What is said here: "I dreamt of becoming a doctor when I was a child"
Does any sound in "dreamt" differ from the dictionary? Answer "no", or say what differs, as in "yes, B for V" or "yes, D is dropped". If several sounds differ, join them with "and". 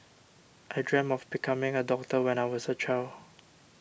yes, T is dropped